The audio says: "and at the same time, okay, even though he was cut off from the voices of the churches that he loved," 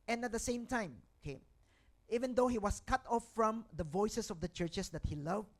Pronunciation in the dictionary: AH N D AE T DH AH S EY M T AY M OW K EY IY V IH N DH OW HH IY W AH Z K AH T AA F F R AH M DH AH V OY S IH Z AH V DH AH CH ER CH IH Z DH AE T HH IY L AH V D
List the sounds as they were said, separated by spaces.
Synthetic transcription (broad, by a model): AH N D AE T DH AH S EY M T AY M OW K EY IY V IH N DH OW HH IY W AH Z K AH T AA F F R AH M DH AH V OY S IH S AH V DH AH CH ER CH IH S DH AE T HH IY L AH V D